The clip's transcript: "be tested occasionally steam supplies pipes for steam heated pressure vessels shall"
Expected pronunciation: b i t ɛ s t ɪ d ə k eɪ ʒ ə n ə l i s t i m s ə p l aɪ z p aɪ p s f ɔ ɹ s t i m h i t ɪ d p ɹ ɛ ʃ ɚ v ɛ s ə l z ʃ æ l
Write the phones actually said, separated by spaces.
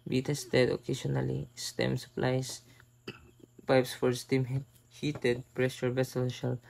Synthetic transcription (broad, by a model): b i t ɛ s t ɪ d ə k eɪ s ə n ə l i s t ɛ m s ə p l aɪ s p aɪ p s f ɔ ɹ s t i m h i t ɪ d p ɹ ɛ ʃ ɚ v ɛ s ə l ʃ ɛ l